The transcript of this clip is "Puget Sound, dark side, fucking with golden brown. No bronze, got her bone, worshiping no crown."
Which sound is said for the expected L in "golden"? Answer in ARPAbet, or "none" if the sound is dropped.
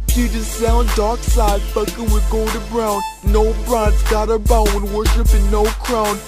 none